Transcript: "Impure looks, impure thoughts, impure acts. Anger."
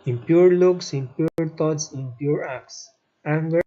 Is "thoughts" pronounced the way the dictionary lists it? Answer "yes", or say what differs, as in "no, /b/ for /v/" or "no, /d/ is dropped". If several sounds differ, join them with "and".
no, /t/ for /θ/